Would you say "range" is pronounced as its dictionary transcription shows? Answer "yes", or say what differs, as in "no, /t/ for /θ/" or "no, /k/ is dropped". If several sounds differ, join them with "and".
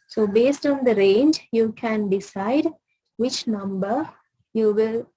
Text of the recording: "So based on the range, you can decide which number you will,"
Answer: yes